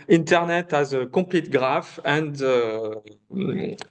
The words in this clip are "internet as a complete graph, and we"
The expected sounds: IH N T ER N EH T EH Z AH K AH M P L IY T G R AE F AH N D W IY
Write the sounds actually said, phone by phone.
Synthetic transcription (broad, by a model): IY N T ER N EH T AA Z AH K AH P L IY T G R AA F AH N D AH